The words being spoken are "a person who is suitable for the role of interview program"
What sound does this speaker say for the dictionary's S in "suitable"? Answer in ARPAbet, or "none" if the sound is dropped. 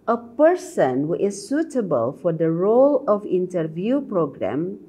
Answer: S